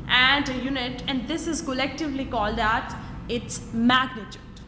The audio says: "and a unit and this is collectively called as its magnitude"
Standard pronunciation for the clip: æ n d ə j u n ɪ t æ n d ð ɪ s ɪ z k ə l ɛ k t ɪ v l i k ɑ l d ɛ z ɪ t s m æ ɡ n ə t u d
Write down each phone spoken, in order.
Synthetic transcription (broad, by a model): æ n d ə j u n ɪ t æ n d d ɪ s ɪ z k ə l ɛ k t ɪ v l i k ɑ l d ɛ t ɪ t s m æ ɡ n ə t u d